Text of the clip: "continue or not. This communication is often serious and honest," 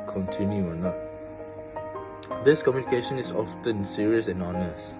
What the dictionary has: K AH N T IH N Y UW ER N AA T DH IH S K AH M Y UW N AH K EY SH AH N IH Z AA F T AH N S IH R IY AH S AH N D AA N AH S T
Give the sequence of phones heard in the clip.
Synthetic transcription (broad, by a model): K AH N T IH N Y UW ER N AA T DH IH S K AH M Y UW N AH K EY SH AH N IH S AA F T AH N S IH R IY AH S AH N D AA N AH S T